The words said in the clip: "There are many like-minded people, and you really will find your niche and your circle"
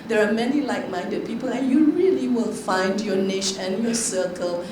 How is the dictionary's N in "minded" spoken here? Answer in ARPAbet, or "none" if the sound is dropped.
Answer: N